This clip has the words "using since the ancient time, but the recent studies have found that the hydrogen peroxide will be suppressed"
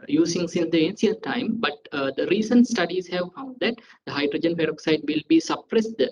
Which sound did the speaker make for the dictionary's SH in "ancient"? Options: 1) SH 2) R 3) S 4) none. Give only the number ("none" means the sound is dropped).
3